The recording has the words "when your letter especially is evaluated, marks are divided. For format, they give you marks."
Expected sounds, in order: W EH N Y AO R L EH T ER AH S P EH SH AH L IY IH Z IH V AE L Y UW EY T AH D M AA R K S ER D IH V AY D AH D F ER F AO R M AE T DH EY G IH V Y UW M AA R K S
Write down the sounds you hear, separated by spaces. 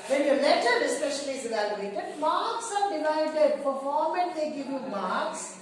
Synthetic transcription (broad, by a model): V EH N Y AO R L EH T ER AH S P EH SH AH L IY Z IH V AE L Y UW EY T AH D M AA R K S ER D IH V AY D AH D P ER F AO R M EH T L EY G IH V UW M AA R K S